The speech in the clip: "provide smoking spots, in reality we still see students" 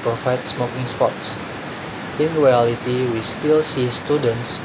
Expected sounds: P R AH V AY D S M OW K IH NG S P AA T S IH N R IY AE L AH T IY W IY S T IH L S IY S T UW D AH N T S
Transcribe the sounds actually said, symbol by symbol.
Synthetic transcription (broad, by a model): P R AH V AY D S M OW K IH NG S P AA T S IH N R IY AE L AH T IY W IY S T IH L S IY S T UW D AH N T S